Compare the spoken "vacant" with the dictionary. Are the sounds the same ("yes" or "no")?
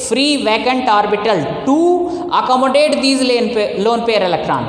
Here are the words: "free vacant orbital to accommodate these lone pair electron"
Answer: yes